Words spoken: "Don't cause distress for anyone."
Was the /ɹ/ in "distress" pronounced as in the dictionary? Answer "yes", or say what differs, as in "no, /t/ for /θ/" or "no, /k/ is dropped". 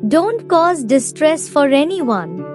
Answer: yes